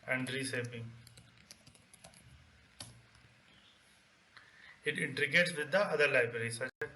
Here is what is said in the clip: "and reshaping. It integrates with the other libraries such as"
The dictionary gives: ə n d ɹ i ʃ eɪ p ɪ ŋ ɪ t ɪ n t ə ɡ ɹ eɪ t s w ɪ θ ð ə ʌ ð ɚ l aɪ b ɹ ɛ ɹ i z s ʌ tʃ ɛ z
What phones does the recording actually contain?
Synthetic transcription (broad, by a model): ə n d ɹ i s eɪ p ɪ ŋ ɪ t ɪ n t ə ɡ eɪ t s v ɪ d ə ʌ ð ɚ l aɪ b ɹ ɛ ɹ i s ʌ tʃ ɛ